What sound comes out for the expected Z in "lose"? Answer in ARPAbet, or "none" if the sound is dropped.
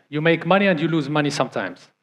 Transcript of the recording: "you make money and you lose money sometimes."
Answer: Z